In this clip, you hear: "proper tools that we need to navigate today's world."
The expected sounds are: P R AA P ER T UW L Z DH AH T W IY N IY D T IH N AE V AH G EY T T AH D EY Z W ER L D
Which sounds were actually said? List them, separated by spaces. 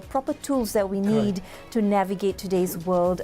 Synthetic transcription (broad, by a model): P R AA P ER T UW L Z DH AH T W IY N IY D T IH N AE V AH G EY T T AH D EY Z W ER L D